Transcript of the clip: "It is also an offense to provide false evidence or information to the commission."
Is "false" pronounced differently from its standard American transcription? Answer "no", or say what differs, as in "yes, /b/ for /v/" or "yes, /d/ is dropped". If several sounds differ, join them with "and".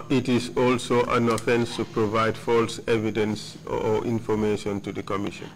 no